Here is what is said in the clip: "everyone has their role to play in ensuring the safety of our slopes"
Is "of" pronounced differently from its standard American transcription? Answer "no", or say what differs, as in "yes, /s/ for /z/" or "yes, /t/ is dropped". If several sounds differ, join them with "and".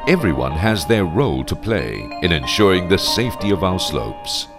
no